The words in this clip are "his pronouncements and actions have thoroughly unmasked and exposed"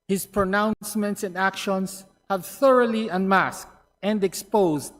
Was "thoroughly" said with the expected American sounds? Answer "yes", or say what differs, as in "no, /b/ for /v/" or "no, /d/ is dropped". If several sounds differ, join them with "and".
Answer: yes